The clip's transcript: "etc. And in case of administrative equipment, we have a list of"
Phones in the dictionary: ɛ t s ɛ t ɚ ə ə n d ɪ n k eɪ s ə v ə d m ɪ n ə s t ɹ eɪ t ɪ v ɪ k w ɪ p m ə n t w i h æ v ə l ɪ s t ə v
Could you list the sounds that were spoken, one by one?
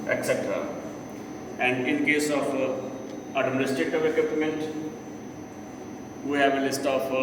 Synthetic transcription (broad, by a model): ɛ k s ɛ t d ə ə n d ɪ n k eɪ s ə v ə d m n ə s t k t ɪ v ɪ k w ɪ p m ə n t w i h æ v ə l ɪ s t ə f